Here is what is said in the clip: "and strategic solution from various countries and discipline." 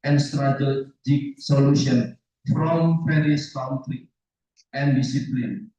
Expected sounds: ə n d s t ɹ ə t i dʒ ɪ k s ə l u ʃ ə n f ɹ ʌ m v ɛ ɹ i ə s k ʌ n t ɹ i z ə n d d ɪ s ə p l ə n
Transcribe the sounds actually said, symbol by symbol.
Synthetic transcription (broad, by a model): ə n s t ɹ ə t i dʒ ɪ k s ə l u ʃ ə n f ɹ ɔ m p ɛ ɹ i s k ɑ n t ɹ i ə n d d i s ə p l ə n